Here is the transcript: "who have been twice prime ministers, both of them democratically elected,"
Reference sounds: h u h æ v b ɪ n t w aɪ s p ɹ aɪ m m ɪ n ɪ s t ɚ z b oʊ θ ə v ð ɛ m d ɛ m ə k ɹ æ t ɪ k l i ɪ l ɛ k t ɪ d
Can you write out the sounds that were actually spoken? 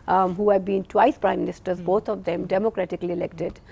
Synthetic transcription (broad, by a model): h u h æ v b ɪ n t w aɪ s p ɹ aɪ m m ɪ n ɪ s t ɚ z b oʊ t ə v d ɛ m d ɛ m ə k ɹ æ t ɪ k l i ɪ l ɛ k t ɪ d